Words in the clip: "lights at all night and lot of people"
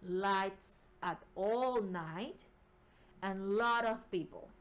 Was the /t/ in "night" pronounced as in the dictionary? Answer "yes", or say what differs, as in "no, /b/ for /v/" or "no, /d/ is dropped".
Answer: yes